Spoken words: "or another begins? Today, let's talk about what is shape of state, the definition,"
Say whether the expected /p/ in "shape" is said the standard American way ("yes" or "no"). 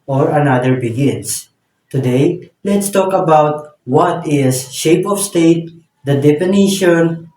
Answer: yes